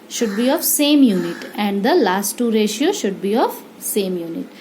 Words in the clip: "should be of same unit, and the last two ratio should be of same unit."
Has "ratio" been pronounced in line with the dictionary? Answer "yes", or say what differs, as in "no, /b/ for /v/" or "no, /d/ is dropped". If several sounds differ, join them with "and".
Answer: yes